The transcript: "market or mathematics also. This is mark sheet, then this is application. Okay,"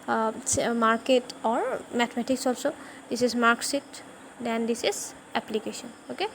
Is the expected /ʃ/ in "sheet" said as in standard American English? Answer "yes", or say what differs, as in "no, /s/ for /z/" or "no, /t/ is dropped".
no, /s/ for /ʃ/